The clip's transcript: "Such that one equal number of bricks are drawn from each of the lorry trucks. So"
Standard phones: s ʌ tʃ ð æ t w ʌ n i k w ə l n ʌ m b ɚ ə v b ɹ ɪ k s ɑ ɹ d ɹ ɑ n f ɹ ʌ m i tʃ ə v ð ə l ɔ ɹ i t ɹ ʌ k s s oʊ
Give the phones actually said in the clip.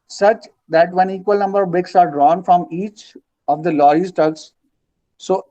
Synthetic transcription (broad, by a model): s ʌ tʃ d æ t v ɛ n i k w ə l n ʌ m b ɚ ə v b ɪ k s ɑ ɹ d ɹ ɑ n f ɹ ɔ m i tʃ ə v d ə l ɔ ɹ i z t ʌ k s s oʊ